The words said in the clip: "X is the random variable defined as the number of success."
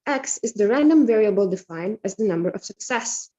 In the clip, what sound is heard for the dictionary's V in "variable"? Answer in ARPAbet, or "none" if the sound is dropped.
V